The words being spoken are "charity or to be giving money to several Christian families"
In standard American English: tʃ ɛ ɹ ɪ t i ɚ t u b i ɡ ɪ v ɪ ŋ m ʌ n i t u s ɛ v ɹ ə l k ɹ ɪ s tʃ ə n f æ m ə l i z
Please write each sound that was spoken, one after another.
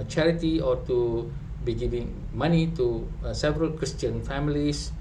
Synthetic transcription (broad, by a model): tʃ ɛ ɹ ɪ t i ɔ t u b i ɡ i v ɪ ŋ m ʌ n i t u s ɛ v ɹ ə l k ɹ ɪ s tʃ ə n f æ m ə l i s